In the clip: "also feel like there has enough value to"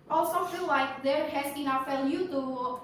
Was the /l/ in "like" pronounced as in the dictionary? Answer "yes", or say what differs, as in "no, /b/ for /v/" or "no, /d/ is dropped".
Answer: yes